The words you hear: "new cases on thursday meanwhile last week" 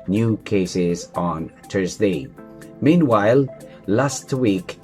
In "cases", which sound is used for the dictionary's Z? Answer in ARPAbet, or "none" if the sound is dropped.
Z